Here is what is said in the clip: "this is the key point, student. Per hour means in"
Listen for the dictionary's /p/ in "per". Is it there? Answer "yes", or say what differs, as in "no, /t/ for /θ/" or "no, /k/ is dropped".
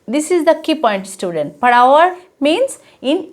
no, /b/ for /p/